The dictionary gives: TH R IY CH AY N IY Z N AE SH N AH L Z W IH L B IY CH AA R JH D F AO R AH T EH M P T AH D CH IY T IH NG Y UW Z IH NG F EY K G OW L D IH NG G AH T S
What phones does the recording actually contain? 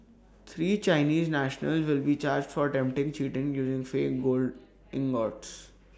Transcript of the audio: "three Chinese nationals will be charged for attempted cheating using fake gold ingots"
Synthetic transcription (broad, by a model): T R IY CH AY N IY Z N AE SH N AH L Z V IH L B IY CH AA R JH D F AO R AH T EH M P T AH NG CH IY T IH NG Y UW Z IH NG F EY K G OW L D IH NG G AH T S